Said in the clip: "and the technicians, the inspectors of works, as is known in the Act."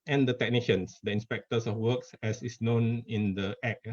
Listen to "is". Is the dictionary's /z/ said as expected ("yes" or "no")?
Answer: no